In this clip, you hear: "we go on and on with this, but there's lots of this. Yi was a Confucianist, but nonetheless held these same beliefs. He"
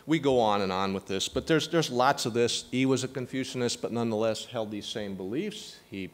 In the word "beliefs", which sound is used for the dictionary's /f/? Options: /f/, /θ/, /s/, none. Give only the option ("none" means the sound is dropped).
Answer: /f/